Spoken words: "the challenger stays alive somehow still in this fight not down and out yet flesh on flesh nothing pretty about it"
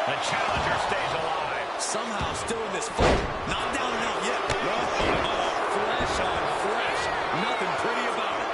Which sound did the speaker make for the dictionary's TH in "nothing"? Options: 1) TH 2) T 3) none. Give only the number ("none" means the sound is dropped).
1